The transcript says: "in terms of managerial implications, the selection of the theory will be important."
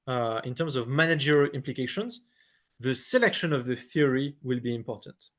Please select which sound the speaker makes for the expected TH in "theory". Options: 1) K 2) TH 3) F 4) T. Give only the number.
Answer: 2